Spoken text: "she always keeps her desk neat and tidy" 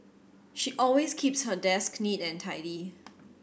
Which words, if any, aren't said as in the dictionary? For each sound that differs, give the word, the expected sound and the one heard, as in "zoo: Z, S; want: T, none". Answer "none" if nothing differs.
always: Z, S